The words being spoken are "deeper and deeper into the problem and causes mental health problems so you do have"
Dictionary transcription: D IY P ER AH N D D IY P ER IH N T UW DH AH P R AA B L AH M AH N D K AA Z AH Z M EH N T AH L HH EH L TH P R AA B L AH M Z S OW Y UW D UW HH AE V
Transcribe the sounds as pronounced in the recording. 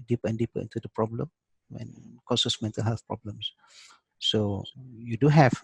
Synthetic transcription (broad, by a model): D IY P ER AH N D D IY P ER IH N T UW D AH P R AA B L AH M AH N K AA S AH S M EH N T AH L HH EH L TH P R AA B L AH M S S OW Y UW D UW HH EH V